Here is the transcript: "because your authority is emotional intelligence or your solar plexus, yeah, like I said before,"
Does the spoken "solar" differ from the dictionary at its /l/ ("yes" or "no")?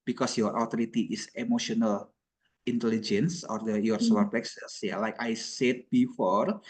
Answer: yes